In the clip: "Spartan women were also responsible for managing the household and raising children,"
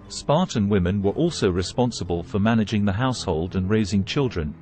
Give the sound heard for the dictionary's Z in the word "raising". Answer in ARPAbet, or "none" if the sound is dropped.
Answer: Z